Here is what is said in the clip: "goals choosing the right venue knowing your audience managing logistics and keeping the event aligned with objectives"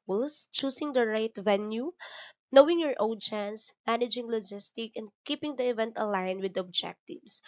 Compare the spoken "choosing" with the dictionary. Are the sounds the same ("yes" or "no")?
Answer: no